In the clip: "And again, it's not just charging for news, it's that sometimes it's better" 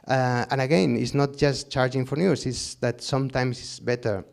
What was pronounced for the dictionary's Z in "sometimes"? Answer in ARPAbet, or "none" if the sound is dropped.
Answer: S